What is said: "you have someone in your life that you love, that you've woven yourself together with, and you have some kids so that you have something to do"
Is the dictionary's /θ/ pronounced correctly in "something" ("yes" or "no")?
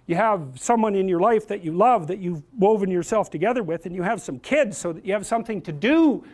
yes